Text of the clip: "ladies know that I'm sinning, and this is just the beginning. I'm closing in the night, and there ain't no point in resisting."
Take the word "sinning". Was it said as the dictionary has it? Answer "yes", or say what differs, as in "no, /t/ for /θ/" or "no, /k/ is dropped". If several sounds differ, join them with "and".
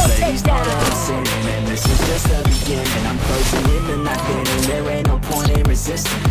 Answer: no, /n/ is dropped